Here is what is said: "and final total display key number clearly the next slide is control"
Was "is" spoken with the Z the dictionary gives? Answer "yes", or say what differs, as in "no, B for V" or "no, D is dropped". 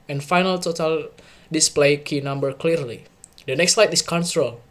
no, S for Z